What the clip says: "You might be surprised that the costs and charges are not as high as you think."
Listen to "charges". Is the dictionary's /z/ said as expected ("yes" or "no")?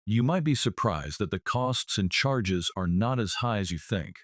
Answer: yes